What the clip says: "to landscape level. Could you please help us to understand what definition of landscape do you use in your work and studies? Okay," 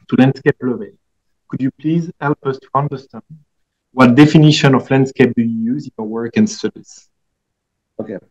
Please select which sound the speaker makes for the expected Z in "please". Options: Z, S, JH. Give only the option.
Z